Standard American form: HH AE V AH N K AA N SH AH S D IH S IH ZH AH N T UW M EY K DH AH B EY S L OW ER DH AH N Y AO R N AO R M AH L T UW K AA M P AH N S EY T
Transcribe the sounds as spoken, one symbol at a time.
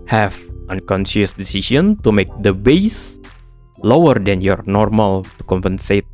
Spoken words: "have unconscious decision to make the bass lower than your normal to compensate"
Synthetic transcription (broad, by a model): HH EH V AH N K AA N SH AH S D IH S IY S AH N T UW M EY K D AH B EY S L OW ER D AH N Y AO R N AO R M AH L T UW K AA M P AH N S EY T